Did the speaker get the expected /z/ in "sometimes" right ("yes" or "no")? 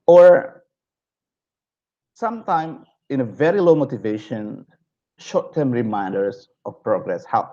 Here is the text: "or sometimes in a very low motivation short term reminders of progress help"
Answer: no